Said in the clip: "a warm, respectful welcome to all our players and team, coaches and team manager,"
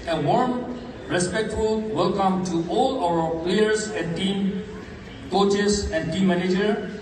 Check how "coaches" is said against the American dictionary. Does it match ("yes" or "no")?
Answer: no